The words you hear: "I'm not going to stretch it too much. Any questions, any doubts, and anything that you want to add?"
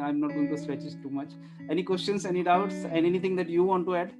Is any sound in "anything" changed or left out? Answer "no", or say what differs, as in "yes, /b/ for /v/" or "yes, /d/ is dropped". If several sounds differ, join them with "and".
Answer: yes, /t/ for /θ/